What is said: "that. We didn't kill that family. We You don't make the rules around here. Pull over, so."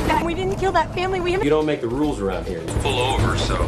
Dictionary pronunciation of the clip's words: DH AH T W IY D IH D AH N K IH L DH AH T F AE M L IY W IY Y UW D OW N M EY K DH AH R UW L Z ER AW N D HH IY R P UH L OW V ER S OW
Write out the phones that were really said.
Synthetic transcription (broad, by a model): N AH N W IY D IH D N K IH L DH AH T F AE M L IY W IY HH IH D OW N M EY K DH AH R UW L Z ER AW N D HH IY R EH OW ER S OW